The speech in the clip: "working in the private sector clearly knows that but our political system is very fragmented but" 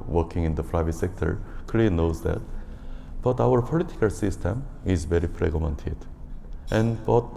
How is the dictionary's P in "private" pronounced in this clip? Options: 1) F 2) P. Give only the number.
1